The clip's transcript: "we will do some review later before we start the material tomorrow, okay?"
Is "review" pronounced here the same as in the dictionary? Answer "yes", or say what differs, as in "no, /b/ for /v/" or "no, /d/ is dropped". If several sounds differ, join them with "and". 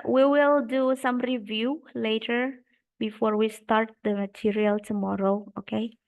yes